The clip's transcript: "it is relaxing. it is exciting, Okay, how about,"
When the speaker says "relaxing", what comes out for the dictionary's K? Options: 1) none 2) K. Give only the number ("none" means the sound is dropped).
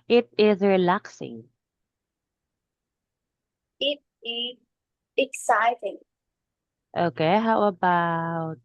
2